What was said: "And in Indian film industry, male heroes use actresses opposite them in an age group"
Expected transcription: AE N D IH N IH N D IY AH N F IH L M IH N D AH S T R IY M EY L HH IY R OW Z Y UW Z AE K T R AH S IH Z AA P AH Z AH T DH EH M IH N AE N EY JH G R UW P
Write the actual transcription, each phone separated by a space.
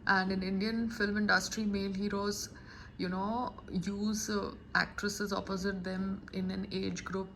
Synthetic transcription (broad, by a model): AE N D IH N IH N D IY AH N F IH L M IH N D AH S T R IY M EY L HH IY R OW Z Y UW Z AE K T R AH S IH Z AA P AH Z AH T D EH M IH N AE N EY JH G R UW P